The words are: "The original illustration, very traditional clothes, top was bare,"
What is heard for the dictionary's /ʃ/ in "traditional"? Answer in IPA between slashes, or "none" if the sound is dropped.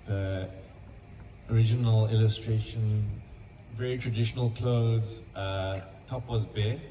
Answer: /ʃ/